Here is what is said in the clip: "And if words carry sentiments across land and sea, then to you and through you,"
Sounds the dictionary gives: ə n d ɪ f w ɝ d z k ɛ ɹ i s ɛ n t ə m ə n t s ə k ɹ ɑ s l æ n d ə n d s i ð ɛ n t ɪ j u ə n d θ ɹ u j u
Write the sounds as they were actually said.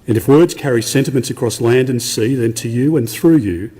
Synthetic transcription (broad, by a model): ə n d ɪ f w ɝ d z k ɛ ɹ i s ɛ n t ə m ə n t s ə k ɹ ɑ s l æ n d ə n s i ð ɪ n t ɪ j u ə n θ ɹ u j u